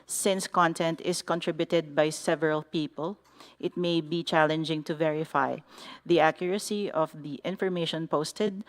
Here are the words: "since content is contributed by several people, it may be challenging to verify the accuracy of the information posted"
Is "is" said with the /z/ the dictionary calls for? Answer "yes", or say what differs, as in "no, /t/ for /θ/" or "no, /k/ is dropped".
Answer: no, /s/ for /z/